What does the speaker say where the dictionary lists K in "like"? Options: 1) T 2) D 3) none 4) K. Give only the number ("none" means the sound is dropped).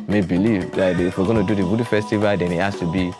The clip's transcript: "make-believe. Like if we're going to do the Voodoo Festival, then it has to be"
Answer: 3